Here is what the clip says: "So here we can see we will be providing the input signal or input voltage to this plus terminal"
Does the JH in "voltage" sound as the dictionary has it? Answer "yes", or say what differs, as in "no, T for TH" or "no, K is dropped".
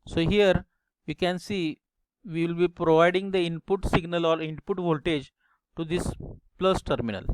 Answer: yes